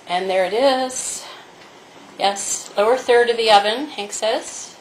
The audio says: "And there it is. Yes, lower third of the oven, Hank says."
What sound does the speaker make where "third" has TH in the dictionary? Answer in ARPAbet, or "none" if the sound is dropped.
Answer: TH